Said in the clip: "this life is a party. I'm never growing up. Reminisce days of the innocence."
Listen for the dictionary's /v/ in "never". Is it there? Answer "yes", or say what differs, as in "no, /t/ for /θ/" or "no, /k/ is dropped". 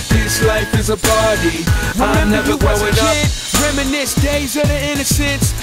no, /v/ is dropped